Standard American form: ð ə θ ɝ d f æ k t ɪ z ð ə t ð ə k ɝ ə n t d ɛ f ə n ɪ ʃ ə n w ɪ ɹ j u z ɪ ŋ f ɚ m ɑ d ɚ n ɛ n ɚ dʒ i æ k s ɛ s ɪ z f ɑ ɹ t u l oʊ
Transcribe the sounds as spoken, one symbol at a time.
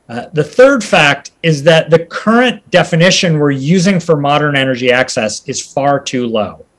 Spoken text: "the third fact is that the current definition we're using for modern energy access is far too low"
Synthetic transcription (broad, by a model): ð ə θ ɝ d f æ k t ɪ z ð ə t ð ə k ɝ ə n d ɛ f ə n ɪ ʃ ə n w ɪ ɹ j u z ɪ ŋ f ɚ m ɑ d ɚ n ɛ n ɚ dʒ i æ k s ɛ s ɪ z f ɑ ɹ t u l oʊ